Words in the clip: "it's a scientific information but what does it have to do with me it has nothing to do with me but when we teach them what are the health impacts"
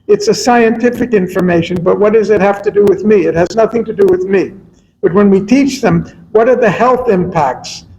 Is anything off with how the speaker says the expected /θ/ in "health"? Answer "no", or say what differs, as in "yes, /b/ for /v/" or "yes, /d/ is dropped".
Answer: no